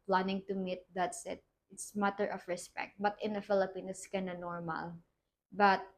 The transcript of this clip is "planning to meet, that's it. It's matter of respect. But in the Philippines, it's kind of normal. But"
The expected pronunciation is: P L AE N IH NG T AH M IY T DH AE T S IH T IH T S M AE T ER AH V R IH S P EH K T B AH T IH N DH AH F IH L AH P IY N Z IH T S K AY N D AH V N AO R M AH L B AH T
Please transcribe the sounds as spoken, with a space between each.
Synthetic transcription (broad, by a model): P L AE N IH NG T AH M IY T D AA T S IH T IH T S M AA T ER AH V R IH S P EH K T B AH T IH N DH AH F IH L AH P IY N IH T S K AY N AH N AO R M AH L B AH T